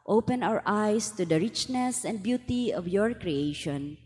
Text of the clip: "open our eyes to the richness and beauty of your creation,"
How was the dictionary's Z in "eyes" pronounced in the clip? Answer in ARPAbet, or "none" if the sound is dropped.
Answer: S